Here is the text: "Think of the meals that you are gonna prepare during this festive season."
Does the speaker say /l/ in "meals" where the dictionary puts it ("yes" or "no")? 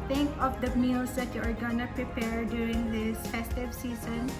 no